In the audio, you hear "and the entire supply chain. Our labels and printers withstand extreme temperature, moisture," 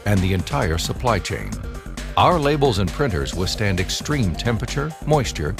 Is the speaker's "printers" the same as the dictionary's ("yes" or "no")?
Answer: yes